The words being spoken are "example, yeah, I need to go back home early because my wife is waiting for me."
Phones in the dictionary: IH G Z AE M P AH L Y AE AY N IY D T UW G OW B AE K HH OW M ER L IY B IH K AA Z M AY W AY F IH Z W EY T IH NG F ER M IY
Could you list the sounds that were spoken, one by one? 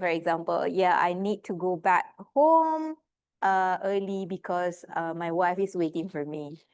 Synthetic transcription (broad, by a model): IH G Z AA M P AH L Y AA AY N IY D T UW G OW B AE K HH OW M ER L IY B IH K AA S M AY W AY F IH S W EY T IH NG F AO M IY